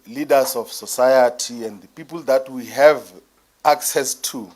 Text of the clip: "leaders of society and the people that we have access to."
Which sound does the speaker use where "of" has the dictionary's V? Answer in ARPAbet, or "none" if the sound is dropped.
F